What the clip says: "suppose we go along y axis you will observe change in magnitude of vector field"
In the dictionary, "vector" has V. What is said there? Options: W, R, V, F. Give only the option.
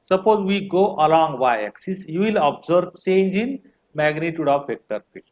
F